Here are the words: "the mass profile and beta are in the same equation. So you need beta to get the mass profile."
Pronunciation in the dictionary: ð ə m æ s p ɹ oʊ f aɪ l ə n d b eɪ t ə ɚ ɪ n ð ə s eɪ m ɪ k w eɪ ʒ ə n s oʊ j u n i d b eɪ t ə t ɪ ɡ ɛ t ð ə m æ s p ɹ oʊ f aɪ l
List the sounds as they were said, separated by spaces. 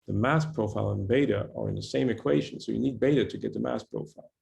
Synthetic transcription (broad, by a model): ð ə m æ s p ɹ oʊ f aɪ l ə n b eɪ t ə ɚ ɪ n ð ə s eɪ m ɪ k w eɪ ʒ ə n s oʊ j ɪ n i d b eɪ t ə t ɪ ɡ ɛ t ð ə m æ s p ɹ oʊ f aɪ l